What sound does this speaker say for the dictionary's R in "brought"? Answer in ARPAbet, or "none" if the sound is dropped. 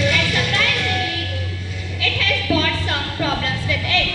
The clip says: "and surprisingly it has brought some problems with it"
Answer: none